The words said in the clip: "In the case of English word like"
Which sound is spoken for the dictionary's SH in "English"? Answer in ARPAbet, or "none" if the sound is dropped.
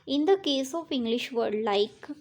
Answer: SH